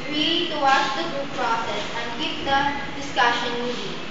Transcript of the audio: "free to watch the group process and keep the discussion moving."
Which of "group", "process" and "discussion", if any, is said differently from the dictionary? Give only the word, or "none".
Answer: group